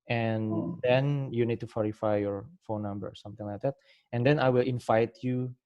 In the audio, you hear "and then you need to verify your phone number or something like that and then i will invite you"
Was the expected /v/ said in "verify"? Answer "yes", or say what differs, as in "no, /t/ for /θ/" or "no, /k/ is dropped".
no, /f/ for /v/